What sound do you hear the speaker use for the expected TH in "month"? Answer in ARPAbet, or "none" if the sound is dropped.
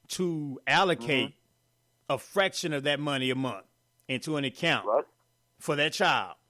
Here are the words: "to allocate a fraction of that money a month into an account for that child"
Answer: TH